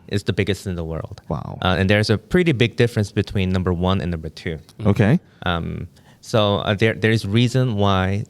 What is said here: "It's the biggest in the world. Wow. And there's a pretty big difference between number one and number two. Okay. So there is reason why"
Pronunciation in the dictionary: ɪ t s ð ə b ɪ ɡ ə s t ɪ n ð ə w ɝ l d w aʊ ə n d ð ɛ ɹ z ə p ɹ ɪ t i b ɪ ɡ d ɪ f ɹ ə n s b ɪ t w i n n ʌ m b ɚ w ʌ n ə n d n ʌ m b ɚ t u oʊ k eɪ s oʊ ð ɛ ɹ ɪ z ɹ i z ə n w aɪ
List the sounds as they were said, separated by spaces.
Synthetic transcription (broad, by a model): ɪ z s ð ə b ɪ ɡ ə s t ɪ n ð ə w ɝ l d w aʊ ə n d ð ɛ ɹ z ə p ɹ ɪ t i b ɪ ɡ d ɪ f ɹ ə n s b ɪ t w i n n ʌ m b ɚ w ʌ n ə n n ʌ m b ɚ t u oʊ k eɪ s oʊ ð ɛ ɹ ɪ z ɹ i z ə n w aɪ